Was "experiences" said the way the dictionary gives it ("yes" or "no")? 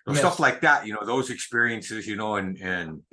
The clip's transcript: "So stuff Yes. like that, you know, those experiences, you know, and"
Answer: yes